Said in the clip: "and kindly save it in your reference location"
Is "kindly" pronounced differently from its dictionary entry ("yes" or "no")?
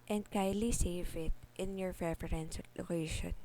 yes